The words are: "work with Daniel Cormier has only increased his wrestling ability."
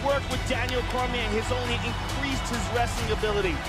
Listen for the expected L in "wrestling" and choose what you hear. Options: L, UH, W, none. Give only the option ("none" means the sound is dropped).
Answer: none